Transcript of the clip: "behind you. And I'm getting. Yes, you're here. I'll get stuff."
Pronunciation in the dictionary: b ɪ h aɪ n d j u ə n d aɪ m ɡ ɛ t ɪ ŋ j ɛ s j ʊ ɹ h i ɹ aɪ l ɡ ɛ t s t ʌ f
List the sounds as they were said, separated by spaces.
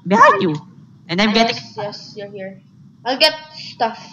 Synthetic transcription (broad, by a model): b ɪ h aɪ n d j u ə n d aɪ m ɡ ɛ t ɪ ŋ j ɛ s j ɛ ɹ h i ɹ aɪ l ɡ ɛ t s t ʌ f